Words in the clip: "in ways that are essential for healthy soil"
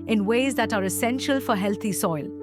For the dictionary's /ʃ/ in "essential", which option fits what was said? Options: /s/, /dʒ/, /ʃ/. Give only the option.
/ʃ/